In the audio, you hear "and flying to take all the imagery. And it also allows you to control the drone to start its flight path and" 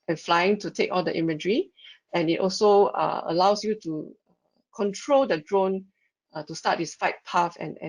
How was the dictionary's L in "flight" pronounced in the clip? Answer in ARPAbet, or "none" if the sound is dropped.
none